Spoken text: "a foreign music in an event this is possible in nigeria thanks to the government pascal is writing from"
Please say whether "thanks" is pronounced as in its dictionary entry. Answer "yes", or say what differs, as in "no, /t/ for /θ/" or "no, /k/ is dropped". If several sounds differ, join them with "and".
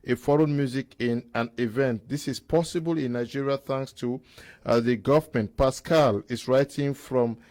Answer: yes